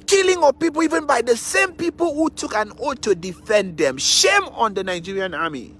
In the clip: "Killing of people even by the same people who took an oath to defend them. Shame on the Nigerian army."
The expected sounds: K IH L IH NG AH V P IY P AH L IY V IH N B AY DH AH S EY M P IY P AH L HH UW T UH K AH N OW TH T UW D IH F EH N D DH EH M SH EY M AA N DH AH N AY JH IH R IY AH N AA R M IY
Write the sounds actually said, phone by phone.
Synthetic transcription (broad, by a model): K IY L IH NG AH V P IY P AH L IY V IH N B AY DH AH S EY M P IY P AH L HH UW T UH K AH N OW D T UW D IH F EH N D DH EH M SH EY M AA N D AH N AY JH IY R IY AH N AA M IY